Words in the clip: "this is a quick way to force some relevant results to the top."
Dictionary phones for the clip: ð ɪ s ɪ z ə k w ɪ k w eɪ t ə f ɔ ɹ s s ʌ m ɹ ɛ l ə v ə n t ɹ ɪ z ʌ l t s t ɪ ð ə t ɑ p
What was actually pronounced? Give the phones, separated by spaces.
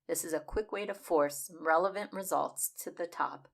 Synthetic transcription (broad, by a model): ð ɪ s ɪ z ə k w ɪ k w eɪ t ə f ɔ ɹ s s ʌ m ɹ ɛ l ə v ə n t ɹ ɪ z ʌ l t s t ɪ ð ə t ɑ p